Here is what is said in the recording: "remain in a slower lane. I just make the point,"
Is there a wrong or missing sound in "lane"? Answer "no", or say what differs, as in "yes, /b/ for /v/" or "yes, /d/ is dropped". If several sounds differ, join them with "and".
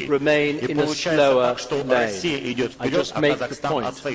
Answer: yes, /n/ is dropped